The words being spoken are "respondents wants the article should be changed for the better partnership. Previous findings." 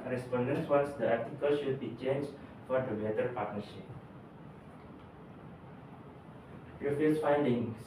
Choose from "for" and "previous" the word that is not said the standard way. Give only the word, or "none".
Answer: previous